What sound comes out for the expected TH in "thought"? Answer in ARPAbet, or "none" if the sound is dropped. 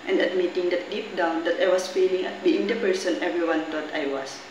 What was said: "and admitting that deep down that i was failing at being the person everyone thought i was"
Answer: T